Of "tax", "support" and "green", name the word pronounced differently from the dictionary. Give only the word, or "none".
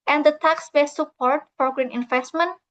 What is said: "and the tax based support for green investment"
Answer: none